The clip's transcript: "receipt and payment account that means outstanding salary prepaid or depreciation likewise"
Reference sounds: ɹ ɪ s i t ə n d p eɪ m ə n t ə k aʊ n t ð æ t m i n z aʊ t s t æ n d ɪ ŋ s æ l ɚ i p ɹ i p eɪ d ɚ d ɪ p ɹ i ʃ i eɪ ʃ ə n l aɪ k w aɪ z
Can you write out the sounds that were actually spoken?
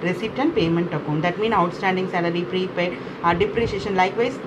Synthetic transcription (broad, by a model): ɹ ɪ s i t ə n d p eɪ m ə n t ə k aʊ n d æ t m i n aʊ t s t æ n d ɪ ŋ s æ l ɚ i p ɹ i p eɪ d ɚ d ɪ p ɹ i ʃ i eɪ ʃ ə n l aɪ k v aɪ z